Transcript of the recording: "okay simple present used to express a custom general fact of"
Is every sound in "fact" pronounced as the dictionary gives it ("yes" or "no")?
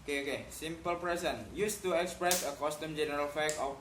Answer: no